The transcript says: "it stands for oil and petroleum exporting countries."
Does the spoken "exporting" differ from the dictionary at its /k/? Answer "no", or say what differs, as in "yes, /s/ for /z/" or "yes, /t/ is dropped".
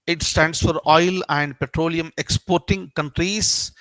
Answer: no